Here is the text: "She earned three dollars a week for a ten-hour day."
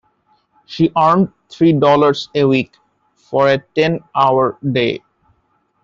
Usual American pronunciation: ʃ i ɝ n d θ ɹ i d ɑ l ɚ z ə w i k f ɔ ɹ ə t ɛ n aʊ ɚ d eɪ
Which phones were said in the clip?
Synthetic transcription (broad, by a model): ʃ i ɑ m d t ɹ i d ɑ l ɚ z ə w i k f ɔ ɹ ə t ɛ n aʊ ɚ d eɪ